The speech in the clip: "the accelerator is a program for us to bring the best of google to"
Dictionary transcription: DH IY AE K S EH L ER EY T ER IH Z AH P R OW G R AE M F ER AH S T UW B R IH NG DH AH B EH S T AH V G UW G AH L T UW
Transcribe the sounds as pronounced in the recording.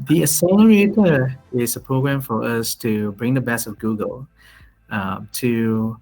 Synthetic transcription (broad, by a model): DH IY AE S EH L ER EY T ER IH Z AH P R OW G R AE M F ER AH S T UW B R IH NG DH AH B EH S AH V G UW G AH L T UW